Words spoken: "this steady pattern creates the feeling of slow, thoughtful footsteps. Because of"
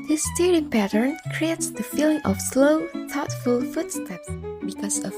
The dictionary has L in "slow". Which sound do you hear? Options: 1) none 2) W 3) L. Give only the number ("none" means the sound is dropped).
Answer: 3